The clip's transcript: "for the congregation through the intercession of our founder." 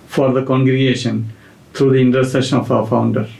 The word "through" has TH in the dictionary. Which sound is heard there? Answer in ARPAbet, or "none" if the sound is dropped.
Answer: T